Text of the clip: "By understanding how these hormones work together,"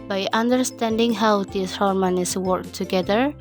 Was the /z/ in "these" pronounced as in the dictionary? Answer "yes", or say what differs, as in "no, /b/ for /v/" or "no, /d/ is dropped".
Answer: no, /s/ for /z/